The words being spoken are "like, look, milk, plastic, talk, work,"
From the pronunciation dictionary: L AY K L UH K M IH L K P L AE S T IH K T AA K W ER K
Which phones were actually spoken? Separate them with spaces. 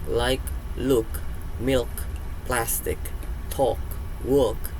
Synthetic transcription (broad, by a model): L AY K L UH K M IH L K P L AE S T IH K T AA K W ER K